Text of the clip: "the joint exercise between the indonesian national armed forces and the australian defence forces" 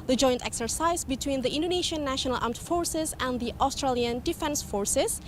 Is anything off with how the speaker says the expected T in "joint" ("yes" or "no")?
no